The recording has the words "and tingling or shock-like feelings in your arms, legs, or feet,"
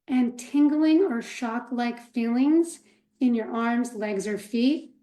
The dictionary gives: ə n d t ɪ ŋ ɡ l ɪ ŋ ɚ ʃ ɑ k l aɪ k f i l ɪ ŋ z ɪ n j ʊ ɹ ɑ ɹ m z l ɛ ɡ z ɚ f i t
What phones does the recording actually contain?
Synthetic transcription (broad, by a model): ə n t ɪ ŋ ɡ l ɪ ŋ ɚ ʃ ɑ k l aɪ k f i l ɪ ŋ z ɪ n j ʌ ɹ ɑ ɹ m z l ɛ ɡ z ɚ f i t